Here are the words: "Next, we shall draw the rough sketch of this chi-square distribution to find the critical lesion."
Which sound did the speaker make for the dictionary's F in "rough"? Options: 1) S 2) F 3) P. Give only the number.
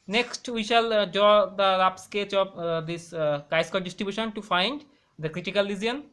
3